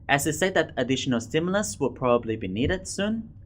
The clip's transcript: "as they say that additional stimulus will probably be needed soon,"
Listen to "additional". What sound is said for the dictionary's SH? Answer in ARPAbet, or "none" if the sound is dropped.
SH